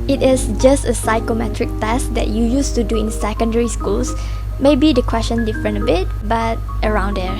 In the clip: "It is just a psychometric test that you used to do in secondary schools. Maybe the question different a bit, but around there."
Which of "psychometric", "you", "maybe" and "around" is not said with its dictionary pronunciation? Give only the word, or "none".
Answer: none